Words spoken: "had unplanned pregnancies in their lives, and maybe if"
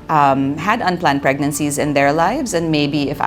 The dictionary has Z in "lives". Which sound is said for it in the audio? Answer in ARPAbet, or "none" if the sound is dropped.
Z